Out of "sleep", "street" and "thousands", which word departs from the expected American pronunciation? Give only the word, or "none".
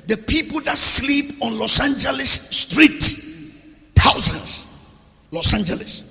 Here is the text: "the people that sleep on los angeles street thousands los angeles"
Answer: thousands